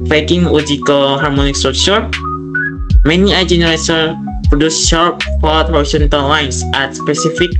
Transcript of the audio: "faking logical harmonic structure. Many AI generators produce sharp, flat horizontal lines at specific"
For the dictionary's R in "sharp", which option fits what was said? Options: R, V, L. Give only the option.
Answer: R